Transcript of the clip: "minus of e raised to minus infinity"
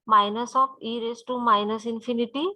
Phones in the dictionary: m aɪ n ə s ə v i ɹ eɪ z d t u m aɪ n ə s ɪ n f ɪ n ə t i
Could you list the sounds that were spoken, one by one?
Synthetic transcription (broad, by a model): m aɪ n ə s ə p i ɹ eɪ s t u m aɪ n ə s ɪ n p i n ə t i